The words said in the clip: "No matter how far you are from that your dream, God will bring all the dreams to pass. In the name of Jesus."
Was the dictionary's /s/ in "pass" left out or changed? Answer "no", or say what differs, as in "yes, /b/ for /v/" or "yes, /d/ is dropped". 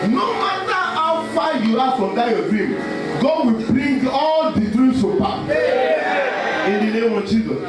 yes, /s/ is dropped